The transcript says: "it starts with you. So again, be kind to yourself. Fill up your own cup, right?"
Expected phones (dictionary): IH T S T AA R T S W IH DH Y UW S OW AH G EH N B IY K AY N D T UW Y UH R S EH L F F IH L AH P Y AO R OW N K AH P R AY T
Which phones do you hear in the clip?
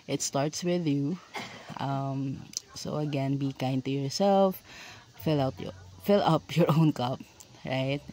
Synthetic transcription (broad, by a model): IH T S T AA R T S W IH DH Y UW S OW AH G EH N B IY K AY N D T UW Y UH R S EH L F F IH L AH P Y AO R OW N K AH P R AY T